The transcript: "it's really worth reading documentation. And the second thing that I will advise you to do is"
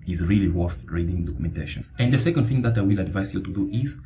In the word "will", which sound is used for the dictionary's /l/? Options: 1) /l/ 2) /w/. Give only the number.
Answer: 1